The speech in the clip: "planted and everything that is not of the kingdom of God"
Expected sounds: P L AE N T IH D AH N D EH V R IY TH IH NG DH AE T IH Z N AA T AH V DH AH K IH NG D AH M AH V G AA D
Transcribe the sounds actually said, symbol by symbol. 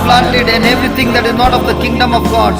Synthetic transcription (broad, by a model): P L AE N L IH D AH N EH V R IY T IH NG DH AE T IH Z N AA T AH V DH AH K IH NG D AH M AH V G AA D